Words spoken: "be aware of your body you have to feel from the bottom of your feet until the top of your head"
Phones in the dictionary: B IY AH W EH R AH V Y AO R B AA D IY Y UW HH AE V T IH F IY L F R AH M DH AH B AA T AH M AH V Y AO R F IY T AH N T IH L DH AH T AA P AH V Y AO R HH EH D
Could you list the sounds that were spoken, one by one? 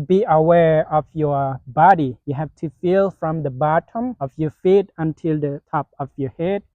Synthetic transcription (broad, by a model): B IY AH W EH R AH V Y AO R B AA D IY Y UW HH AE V T IH F IY L F R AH M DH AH B AA T AH M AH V Y AO R F IY T AH N T IH L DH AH T AA P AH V Y AO R HH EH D